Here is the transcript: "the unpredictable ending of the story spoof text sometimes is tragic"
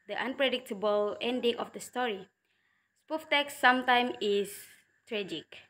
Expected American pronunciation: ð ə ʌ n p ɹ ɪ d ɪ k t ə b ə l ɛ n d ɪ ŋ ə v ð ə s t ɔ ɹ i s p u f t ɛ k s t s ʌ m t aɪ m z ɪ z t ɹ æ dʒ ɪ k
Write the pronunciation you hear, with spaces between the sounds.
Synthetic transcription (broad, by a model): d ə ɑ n p ɹ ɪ d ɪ k t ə b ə l ɛ n d ɪ ŋ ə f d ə s t ɔ ɹ i s p u f t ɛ k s s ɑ m t aɪ m ɪ s t ɹ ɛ dʒ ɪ k